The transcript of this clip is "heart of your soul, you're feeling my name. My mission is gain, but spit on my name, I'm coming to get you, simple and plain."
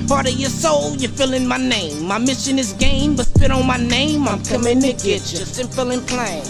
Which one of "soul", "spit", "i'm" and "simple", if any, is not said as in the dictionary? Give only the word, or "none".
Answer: simple